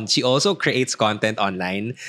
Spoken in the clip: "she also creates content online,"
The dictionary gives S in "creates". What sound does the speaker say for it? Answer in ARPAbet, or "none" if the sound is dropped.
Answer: S